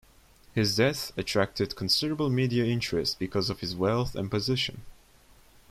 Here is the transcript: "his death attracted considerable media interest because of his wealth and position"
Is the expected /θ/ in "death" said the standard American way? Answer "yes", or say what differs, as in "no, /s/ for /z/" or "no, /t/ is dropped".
yes